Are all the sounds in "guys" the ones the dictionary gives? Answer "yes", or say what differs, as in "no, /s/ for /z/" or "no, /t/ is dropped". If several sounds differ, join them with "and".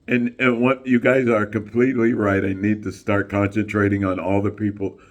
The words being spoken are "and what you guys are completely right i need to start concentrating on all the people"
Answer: yes